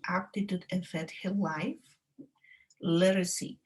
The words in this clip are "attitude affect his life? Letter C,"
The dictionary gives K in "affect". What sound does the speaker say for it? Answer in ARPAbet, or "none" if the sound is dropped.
none